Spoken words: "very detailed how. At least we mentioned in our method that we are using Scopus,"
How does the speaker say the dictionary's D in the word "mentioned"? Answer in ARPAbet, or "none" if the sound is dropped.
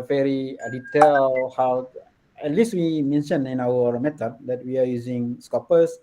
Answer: none